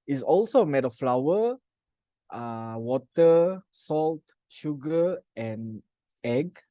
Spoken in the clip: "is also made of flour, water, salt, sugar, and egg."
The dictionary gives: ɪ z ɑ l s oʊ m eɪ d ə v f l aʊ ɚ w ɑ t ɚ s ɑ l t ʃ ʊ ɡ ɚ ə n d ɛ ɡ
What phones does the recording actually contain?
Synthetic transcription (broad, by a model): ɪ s ɑ l s oʊ m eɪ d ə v f l aʊ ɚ w ɑ t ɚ s ɑ l t ʃ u ɡ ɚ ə n ɛ ɡ